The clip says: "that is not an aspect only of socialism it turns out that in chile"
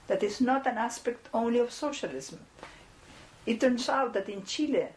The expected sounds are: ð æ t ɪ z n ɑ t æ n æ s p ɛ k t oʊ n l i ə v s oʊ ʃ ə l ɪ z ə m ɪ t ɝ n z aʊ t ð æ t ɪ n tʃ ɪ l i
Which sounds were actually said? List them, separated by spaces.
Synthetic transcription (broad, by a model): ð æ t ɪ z n ɑ t æ n æ s p ɛ k t oʊ n l i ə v s oʊ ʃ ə l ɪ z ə m ɪ t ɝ n s aʊ t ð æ t ɪ n tʃ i l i